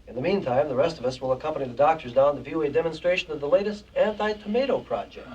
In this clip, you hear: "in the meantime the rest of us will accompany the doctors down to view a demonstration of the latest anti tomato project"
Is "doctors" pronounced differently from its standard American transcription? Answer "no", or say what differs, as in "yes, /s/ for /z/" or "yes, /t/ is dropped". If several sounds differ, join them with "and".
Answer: no